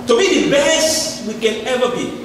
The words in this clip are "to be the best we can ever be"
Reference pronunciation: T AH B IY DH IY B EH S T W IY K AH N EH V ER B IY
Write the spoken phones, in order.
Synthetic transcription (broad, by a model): T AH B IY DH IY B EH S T W IY K AH N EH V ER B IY